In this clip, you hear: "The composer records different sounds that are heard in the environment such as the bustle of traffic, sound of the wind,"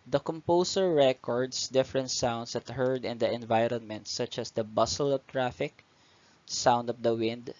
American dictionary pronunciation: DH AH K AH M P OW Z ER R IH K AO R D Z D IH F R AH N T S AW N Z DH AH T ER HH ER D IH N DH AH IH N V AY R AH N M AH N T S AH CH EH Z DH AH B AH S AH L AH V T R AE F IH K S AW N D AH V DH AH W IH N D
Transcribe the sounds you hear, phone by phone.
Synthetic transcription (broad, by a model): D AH K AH M P OW S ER R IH K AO R D S D IH F R AH N T S AW N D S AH T HH ER D IH N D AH IH N V AY R AH N M AH N T S AH CH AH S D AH B AH S AH L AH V T R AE F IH K S AW N D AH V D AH W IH N D